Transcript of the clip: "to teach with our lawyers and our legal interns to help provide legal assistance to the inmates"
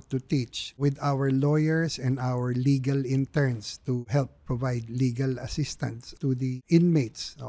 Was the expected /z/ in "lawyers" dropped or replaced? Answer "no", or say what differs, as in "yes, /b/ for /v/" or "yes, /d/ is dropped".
yes, /s/ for /z/